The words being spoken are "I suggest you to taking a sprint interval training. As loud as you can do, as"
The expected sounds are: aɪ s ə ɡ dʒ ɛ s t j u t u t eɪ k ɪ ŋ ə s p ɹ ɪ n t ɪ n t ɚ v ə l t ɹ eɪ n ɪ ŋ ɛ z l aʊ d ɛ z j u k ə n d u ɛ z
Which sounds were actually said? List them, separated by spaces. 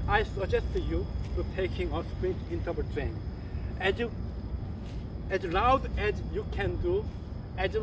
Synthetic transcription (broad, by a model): aɪ s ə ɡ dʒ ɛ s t j u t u t eɪ k ɪ ŋ ə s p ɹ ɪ t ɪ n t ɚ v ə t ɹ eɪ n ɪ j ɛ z l aʊ d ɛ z j u k ə n d u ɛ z